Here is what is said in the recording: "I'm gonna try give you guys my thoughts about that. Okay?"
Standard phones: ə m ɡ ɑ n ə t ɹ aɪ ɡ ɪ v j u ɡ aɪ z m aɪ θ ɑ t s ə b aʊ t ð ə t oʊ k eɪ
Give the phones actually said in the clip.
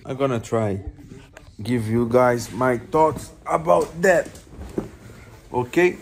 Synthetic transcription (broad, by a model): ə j ɡ ɑ n ə t ɹ aɪ ɡ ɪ v j u ɡ aɪ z m aɪ t ɑ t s ə b aʊ t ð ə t oʊ k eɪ